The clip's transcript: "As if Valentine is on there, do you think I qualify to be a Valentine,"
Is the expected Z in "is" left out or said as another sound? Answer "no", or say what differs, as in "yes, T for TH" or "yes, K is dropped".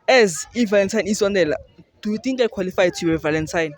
yes, S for Z